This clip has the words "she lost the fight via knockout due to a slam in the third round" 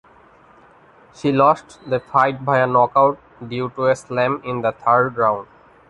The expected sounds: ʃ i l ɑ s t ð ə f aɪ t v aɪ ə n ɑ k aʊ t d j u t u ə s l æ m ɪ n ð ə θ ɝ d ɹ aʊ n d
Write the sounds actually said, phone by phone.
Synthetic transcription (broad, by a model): ʃ i l ɑ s t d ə f aɪ t b aɪ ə n ɑ k aʊ t d j u t u ə s l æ m ɪ n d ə t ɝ d ɹ aʊ n d